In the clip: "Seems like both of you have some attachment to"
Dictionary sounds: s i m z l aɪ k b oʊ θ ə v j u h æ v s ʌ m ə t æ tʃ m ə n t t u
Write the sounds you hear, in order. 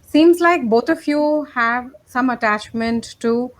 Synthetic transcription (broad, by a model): s i m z l aɪ k b oʊ t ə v j u h æ v s ʌ m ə t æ tʃ m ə n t t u